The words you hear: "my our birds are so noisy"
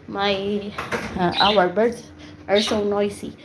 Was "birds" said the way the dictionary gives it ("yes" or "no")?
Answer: no